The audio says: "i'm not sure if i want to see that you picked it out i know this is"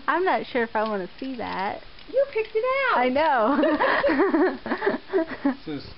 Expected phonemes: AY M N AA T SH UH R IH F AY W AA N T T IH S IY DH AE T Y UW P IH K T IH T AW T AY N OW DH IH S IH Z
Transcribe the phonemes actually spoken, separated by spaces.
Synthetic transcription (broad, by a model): AY M N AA T SH UH R IH F AY W AA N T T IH S IY DH AE T Y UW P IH K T IH T AW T AY N OW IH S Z